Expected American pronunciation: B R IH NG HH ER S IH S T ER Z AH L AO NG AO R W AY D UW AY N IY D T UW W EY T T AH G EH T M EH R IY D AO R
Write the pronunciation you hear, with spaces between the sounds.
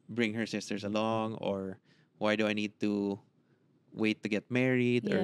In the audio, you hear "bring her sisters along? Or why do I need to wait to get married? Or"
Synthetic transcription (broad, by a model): B R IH NG HH ER S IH S T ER S AH L AO NG AO R W AY D UW AY N IY D T UW W EY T T AH G EH T M EH R IY D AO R